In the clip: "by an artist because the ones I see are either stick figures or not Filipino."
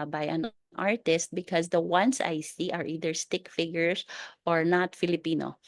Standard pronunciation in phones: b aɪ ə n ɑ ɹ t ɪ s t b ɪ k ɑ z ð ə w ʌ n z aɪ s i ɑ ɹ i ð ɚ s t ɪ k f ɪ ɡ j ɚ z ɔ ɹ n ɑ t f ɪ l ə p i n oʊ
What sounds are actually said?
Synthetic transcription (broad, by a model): b aɪ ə n ɑ ɹ t ɪ s t b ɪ k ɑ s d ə w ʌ n s aɪ s i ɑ ɹ i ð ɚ s t ɪ k f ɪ ɡ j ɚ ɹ ɔ ɹ n ɑ t f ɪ l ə p i n oʊ